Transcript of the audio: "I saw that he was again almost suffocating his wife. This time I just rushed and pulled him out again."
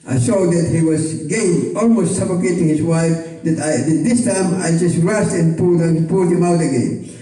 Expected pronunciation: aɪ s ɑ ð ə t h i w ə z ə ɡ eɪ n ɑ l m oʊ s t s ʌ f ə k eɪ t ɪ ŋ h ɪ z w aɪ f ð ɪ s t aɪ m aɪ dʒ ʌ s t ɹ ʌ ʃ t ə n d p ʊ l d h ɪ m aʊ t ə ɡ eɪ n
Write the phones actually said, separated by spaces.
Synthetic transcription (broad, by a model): aɪ s ɑ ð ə t h i w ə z ɡ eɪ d ɑ l m oʊ s t s ʌ f ə k eɪ t ɪ ŋ h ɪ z w aɪ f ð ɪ s t aɪ m aɪ dʒ ʌ s t ɹ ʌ s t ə n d p ʊ l d h ɪ m aʊ t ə ɡ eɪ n